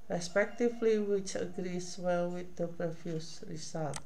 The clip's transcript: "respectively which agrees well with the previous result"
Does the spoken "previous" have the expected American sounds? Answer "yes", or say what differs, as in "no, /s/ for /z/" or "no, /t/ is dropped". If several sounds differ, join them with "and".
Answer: no, /f/ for /v/